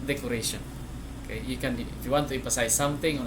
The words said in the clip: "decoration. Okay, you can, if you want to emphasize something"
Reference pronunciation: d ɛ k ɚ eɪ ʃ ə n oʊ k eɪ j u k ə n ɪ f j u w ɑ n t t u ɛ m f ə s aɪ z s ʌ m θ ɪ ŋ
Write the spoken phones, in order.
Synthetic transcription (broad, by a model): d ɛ k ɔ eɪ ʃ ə n oʊ k eɪ j u k ə n ɪ f j u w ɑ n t t u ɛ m p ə s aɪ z s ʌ m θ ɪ ŋ